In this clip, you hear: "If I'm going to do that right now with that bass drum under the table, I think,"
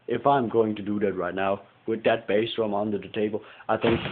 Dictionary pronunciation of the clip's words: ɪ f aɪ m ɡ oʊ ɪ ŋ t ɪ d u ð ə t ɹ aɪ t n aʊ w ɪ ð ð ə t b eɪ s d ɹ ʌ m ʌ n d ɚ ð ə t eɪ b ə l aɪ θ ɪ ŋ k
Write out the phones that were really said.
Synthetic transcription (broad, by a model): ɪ f aɪ m ɡ oʊ ɪ ŋ t ɪ d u ð ə t ɹ aɪ t n aʊ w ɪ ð ð ə t b eɪ s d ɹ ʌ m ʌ n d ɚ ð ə t eɪ b ə l aɪ θ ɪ ŋ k